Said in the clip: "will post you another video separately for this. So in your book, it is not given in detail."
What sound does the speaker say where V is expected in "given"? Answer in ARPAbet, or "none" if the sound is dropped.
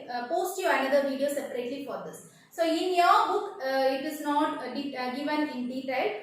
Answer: V